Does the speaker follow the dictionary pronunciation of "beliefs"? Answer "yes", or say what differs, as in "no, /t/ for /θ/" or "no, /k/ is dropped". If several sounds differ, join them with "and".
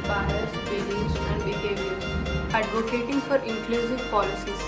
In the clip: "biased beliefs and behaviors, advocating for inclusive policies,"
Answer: no, /f/ is dropped